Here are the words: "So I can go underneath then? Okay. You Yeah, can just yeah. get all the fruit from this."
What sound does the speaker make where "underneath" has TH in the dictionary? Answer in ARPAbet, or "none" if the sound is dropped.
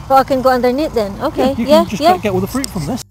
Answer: T